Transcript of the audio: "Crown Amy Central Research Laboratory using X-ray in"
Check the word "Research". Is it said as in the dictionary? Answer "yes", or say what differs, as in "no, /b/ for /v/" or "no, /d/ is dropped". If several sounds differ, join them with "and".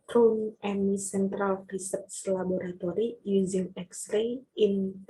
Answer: no, /s/ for /tʃ/